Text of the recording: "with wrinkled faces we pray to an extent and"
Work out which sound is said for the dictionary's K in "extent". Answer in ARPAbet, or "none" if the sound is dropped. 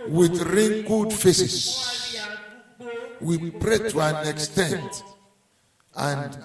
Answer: K